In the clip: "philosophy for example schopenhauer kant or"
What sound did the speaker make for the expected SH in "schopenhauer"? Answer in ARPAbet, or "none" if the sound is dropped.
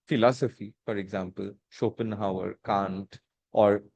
SH